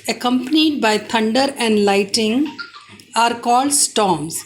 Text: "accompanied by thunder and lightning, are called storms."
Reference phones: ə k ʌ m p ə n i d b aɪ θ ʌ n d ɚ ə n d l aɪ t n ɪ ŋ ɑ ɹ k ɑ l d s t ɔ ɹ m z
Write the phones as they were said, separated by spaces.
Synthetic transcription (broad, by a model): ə k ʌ m p ə n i d b aɪ t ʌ n d ɚ ə n d l aɪ t ɪ ŋ ɑ ɹ k ɑ l d s t ɔ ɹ m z